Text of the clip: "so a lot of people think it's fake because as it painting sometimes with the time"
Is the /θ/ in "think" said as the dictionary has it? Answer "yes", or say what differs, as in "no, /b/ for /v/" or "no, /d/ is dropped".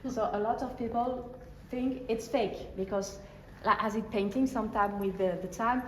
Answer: yes